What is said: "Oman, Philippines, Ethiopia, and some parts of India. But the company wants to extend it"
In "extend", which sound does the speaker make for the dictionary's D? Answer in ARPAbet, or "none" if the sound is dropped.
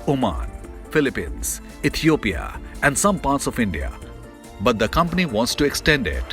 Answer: D